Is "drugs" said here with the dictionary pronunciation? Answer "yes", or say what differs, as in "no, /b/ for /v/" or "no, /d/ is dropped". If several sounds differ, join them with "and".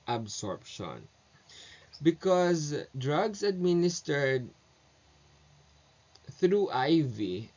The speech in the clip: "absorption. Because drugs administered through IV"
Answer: no, /s/ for /z/